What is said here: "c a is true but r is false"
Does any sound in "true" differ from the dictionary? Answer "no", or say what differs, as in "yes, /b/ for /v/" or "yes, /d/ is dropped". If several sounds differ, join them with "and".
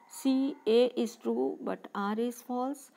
no